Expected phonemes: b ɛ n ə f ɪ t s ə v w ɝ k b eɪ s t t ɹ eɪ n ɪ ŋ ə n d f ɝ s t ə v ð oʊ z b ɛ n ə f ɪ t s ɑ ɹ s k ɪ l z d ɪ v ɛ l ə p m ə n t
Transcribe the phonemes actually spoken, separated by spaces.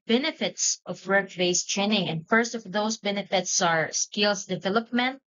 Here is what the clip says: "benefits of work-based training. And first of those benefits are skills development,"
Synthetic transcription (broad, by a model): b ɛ n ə f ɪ t s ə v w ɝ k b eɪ s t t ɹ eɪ n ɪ ŋ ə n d f ɝ s t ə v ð oʊ s b ɛ n ə f ɪ t s ɑ ɹ s k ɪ l s d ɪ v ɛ l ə p m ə n t